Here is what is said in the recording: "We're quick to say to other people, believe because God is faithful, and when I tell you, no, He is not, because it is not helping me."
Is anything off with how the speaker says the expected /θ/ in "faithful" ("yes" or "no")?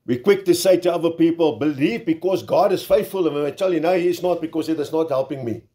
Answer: no